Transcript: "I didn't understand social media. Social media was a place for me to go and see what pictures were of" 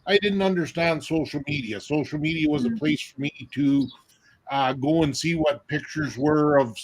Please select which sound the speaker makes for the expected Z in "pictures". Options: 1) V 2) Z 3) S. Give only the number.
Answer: 2